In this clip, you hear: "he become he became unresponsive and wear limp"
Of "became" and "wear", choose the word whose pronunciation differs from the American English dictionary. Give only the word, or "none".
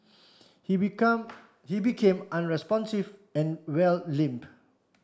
wear